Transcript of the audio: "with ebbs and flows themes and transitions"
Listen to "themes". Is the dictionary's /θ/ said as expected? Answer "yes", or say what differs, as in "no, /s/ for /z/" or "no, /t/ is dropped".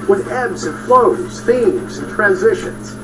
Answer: yes